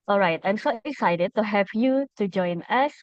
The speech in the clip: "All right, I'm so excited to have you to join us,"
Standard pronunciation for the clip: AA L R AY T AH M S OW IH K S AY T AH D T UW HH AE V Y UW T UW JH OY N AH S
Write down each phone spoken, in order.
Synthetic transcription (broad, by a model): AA L R AY T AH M S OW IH S AY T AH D T UW HH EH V Y UW T UW JH OY N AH S